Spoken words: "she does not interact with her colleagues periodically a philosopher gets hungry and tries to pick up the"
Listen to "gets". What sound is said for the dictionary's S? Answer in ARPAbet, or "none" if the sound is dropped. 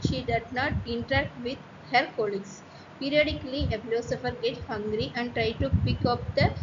none